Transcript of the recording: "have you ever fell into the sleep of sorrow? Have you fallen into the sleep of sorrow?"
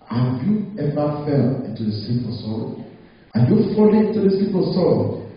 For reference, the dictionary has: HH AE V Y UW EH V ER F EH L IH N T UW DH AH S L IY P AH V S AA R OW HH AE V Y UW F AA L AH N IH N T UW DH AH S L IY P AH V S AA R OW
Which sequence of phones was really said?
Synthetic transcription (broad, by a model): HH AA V Y UW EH V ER F EH L IH N T UW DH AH S IY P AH S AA AA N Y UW F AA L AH IH N T UW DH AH S IY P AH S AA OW